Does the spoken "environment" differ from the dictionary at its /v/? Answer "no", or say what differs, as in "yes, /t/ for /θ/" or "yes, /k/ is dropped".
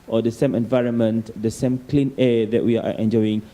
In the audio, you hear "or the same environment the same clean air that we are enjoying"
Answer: no